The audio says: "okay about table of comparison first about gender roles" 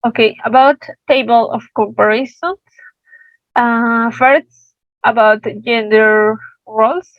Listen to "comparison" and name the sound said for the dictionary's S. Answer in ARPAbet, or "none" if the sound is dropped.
SH